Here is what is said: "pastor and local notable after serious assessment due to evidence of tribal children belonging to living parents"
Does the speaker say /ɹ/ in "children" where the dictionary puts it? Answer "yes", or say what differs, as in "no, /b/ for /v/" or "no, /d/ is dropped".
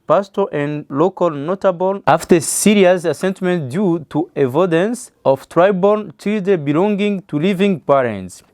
no, /ɹ/ is dropped